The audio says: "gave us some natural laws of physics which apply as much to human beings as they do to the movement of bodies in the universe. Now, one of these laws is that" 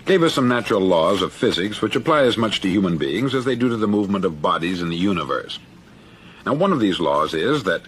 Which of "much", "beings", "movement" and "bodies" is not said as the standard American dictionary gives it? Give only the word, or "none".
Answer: none